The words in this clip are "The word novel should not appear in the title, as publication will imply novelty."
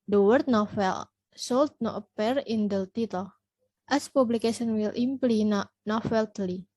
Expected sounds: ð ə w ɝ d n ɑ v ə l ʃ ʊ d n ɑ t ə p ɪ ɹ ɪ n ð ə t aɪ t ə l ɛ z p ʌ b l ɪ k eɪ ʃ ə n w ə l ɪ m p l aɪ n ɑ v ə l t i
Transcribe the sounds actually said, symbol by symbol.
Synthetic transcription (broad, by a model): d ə w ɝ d n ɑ f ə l s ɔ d n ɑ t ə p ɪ ɹ ɪ n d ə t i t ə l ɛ s p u b l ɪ k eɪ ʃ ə n w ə l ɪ m p l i n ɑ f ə l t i